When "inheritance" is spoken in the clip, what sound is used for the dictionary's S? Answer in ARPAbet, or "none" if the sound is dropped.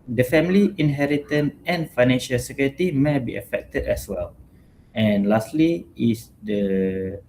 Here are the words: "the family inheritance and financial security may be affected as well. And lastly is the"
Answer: none